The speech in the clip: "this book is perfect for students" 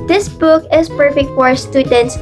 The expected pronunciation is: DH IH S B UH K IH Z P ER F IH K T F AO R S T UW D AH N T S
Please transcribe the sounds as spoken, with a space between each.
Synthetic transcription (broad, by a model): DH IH S B UH K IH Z P ER F IH K T F AO R S T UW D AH N T S